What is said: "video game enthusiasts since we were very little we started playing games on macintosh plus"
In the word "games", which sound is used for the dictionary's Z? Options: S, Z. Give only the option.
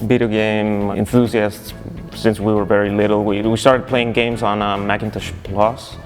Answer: Z